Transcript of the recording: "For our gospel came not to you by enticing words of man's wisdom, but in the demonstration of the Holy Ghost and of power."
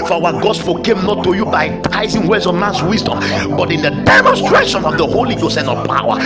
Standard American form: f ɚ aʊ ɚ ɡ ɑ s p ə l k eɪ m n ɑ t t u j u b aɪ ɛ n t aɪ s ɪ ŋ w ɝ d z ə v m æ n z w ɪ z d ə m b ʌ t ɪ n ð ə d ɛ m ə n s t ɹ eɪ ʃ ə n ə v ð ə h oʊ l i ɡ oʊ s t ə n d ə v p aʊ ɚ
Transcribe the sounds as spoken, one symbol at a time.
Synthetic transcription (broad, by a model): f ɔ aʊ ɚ ɡ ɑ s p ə k eɪ m n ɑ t t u j u b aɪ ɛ t aɪ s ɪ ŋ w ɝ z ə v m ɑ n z w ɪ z d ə m b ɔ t ɪ n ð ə d ɛ m ə n s t ɹ eɪ ʃ ə n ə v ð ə h oʊ l i ɡ oʊ s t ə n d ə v p aʊ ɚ